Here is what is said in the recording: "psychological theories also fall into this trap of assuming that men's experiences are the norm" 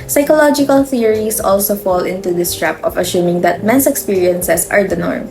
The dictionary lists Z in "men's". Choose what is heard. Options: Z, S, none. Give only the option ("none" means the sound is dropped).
S